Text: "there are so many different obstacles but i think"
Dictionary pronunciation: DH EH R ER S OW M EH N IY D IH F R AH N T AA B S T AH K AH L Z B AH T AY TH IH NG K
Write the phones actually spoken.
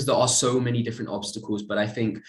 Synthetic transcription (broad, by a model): DH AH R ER S OW M EH N IY D IH F R AH N T AA B S T AH K AH L Z B AH T AY TH IH NG K